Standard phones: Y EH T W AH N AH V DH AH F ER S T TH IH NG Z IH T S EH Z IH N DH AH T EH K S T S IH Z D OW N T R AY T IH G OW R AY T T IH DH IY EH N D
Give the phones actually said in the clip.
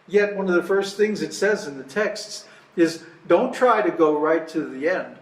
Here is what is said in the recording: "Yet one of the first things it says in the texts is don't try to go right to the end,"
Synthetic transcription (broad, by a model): Y EH T W AH N AH V DH AH F ER S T TH IH NG Z IH T S EH Z IH N DH AH T EH K S T S IH Z D OW N T R AY T IH G OW R AY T T IH DH IY EH N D